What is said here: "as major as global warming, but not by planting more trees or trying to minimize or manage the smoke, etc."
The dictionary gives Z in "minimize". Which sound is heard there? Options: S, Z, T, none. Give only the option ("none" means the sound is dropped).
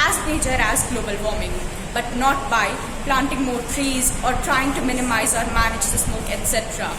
Z